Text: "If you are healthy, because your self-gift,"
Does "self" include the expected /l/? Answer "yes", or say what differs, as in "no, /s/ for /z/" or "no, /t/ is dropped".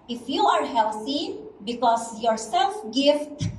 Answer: yes